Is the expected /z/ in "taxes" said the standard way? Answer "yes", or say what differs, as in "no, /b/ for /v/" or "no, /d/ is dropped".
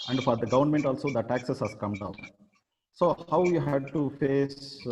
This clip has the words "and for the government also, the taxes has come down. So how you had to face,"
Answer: no, /s/ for /z/